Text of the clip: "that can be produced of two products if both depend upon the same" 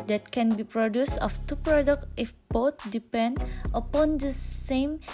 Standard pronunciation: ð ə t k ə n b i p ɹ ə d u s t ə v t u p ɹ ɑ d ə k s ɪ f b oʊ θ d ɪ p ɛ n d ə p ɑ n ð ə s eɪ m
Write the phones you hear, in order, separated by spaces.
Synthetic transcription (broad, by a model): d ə t k ə n b i p ɹ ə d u s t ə f t u p ɹ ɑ d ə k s ɪ f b oʊ t d ɪ p ɛ n d ə p ɑ n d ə s eɪ m